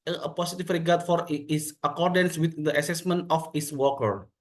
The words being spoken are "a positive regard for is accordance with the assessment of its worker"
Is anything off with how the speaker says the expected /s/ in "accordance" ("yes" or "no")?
no